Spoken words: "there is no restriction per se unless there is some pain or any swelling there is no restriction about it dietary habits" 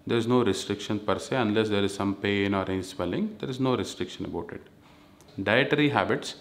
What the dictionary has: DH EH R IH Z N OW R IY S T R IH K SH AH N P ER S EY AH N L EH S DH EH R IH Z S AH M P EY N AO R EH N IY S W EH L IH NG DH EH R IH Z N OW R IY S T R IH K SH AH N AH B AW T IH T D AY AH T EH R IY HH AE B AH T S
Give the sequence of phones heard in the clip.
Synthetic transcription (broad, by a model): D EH R IH Z N OW R IY S T R IH K SH AH N P ER S EY AH N L EH S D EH R IH Z S AH M P EY N AO R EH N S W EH L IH NG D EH R IH Z N OW R IY S T R IH K SH AH N AH B AW T IH T D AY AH T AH R IY HH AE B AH T S